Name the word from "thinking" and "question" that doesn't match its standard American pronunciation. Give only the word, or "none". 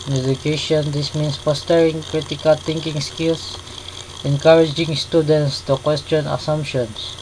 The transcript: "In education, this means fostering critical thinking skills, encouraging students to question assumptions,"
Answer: thinking